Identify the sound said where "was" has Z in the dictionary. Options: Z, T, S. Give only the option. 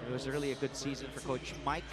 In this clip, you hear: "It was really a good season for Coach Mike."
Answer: Z